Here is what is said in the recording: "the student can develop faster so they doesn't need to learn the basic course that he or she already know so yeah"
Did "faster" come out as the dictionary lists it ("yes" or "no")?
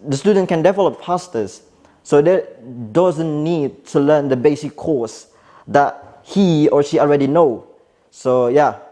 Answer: no